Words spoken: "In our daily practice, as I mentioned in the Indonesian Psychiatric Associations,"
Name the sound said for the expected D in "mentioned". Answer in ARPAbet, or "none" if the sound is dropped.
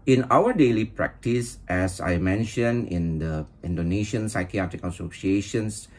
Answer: none